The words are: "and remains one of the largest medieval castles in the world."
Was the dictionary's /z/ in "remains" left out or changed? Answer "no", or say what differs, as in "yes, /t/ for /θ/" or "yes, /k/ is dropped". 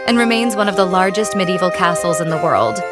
no